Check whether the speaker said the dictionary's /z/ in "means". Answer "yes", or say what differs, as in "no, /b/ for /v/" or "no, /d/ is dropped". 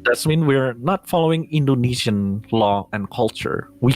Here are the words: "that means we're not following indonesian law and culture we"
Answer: no, /z/ is dropped